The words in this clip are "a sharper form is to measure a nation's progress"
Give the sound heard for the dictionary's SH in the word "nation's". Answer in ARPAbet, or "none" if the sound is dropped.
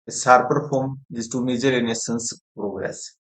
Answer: S